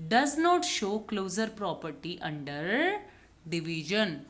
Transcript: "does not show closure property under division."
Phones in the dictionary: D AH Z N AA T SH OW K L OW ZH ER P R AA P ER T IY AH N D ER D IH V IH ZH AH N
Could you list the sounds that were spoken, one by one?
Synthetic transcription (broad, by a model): D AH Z N AA T SH OW K L OW Z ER P R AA P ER T IY AH N D ER D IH V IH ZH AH N